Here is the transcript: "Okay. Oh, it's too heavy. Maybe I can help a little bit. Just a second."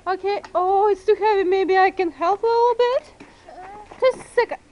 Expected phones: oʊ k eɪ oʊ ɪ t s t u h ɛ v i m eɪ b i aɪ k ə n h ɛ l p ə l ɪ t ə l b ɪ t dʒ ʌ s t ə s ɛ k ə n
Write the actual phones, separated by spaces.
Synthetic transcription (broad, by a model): oʊ k eɪ oʊ ɪ t s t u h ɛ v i m eɪ b i aɪ k ə n h ɛ l p ə l ɪ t l b ɪ t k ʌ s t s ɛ k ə